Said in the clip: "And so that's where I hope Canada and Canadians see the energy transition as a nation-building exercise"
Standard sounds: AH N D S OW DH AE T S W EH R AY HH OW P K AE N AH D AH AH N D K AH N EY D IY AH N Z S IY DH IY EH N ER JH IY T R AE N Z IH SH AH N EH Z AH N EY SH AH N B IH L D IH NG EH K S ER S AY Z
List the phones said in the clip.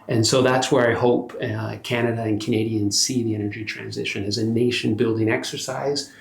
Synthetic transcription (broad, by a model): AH N S OW DH AE T S W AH R AY HH OW P K AE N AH D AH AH N K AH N EY D IY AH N S IY DH IY EH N ER JH IY T R AE N Z IH SH AH N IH Z AH N EY SH AH N B IH L D IH NG EH K S ER S AY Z